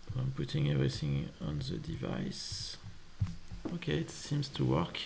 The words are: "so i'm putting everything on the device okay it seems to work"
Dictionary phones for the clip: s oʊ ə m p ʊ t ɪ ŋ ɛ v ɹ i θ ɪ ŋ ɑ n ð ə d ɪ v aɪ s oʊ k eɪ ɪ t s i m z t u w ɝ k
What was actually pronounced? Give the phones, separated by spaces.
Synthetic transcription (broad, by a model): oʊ ə m p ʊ t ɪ ŋ ɛ v ɹ i θ ɪ ŋ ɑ n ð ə d ɪ v aɪ s oʊ k eɪ ɪ t s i m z t u w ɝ k